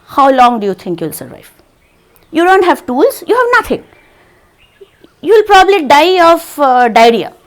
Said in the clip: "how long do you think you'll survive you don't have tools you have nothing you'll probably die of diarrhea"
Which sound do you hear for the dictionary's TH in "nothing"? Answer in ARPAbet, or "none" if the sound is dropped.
T